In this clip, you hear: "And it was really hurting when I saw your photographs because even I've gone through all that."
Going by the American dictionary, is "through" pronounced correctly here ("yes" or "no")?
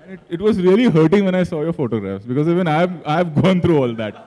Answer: no